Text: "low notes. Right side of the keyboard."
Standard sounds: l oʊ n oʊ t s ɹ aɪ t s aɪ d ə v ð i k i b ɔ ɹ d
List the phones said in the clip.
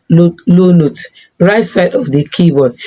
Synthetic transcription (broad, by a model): l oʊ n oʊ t ɹ aɪ t s aɪ d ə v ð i k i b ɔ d